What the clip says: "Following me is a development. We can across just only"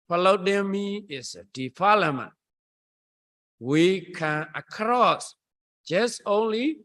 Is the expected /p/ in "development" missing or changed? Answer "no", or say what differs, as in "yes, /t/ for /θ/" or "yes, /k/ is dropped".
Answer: yes, /p/ is dropped